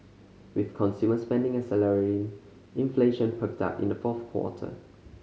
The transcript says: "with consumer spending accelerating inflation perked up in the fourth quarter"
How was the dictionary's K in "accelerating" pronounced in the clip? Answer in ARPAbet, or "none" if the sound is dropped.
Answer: none